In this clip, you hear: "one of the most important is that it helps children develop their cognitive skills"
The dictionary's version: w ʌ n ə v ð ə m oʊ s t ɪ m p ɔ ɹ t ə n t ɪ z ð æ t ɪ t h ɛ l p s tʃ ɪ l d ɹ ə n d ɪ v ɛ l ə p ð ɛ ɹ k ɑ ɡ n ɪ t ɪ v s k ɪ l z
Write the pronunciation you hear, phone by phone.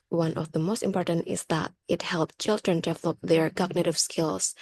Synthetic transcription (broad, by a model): w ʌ n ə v ð ə m oʊ s t ɪ m p ɔ ɹ t ə n t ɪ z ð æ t ɪ t h ɛ l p tʃ ɪ l d ɹ ə n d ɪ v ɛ l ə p ð ɛ ɹ k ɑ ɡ n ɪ t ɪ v s k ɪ l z